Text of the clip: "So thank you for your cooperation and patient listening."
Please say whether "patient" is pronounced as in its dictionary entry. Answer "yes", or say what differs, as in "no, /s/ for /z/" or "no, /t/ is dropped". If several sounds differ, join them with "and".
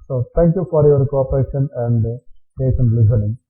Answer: no, /s/ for /ʃ/